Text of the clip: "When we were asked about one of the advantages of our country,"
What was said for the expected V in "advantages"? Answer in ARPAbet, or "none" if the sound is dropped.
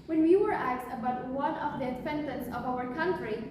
F